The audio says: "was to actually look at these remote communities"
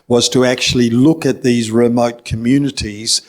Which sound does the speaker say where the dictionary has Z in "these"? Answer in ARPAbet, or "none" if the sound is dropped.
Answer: Z